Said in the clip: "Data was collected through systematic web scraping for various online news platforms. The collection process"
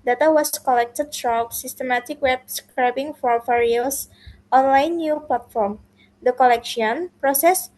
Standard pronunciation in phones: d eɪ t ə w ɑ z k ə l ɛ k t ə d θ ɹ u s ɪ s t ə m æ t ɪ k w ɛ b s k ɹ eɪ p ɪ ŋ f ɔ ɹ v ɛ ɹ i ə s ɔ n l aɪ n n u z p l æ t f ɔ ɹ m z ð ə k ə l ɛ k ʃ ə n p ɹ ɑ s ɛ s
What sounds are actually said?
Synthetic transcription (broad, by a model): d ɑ t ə w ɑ s k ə l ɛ k t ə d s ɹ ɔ s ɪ s t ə m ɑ t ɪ k w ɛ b s k ɹ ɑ b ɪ ŋ f ɔ ɹ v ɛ ɹ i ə s ɔ n l aɪ n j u p l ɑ t f ɔ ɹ m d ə k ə l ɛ k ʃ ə n p ɹ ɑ s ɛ s